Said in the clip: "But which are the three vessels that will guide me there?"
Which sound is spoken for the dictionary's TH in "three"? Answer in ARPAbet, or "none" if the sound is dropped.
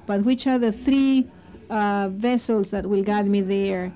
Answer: TH